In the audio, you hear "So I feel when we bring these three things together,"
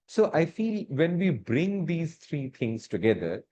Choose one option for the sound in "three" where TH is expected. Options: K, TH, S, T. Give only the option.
T